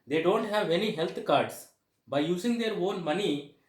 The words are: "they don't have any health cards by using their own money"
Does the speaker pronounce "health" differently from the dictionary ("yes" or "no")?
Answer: yes